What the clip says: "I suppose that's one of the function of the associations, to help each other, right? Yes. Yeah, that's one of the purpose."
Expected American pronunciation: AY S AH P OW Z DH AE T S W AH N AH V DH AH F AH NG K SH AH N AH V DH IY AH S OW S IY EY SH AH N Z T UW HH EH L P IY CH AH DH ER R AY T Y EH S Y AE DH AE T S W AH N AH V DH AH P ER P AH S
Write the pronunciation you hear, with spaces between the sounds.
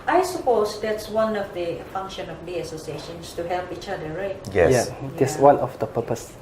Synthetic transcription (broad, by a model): AY S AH P OW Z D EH T S W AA N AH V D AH F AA NG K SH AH N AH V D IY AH S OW S IY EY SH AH N S T UW HH EH L P IY CH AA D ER R AY T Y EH Y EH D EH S W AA N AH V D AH P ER P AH S